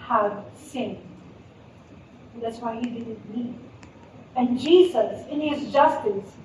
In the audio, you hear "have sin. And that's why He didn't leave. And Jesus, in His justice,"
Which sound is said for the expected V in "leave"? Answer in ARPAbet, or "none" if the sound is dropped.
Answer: none